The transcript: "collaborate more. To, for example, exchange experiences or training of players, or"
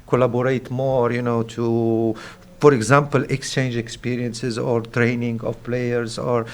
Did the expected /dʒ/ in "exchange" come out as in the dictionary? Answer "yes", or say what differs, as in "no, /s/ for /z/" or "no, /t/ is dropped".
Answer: yes